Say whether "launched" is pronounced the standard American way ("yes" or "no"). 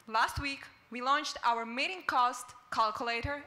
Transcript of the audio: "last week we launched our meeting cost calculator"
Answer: yes